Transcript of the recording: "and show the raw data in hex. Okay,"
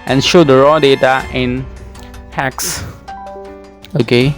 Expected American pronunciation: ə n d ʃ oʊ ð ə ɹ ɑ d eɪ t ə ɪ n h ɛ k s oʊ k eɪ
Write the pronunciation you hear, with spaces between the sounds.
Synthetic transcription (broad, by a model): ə n ʃ oʊ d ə ɹ ɑ d eɪ t ə ɪ n h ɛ k s oʊ k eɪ